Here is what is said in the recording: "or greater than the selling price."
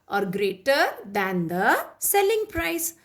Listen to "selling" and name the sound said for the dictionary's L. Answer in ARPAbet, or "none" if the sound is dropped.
L